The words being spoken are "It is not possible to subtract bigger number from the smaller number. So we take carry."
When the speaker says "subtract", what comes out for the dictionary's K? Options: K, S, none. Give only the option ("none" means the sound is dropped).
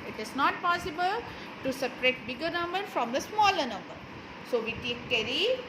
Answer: none